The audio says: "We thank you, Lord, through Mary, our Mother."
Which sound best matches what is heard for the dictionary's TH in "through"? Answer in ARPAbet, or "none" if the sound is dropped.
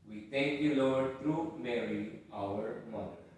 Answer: T